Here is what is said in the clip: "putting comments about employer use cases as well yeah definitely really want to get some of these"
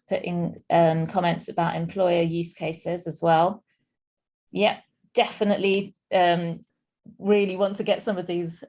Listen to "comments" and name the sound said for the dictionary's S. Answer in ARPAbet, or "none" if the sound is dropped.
S